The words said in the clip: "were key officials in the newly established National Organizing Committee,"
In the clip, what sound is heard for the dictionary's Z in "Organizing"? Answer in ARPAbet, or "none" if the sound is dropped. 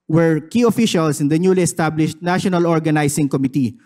S